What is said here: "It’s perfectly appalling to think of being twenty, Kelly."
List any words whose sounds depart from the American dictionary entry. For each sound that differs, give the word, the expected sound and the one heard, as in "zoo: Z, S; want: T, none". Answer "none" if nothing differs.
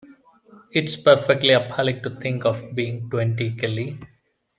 think: TH, T